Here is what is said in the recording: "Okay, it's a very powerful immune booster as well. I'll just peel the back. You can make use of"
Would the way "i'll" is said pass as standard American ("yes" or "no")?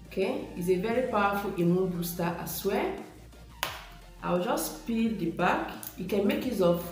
no